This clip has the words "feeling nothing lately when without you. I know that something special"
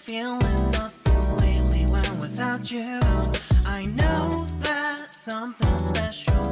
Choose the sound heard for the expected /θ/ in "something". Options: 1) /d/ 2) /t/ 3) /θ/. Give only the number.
3